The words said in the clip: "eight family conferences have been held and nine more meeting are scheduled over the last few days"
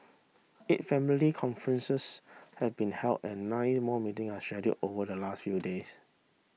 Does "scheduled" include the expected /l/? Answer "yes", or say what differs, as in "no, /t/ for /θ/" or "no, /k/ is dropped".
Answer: no, /l/ is dropped